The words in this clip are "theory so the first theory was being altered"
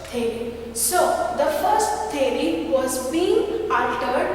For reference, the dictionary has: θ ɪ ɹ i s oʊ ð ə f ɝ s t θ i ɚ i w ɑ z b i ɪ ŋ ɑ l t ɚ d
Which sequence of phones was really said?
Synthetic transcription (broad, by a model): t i ɹ i s oʊ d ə f ɝ s t t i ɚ i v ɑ z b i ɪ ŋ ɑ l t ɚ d